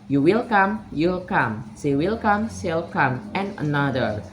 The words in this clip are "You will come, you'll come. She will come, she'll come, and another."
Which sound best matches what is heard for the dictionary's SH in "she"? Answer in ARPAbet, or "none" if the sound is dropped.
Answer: S